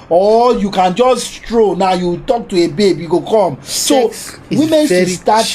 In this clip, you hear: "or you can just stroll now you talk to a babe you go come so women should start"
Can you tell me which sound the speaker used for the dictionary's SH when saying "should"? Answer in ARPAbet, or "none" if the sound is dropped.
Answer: S